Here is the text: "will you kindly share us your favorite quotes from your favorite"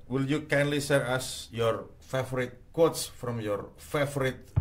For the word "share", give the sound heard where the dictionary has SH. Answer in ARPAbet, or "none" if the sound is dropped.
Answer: S